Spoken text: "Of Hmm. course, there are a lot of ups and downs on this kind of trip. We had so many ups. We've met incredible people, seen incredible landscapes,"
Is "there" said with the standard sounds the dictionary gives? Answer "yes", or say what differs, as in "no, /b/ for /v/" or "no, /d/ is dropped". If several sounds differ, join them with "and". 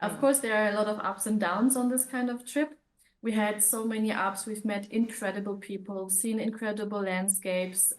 yes